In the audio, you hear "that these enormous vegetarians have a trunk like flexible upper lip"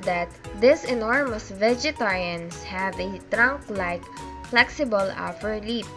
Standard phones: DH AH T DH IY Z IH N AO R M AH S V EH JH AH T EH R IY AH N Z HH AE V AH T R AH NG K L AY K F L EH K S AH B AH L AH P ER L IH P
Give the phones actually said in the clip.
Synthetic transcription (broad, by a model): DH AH T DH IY S IH N AO R M AH S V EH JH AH T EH R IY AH N S HH AE V AH T R AH NG K L AY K F L EH K S AH B AH L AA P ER L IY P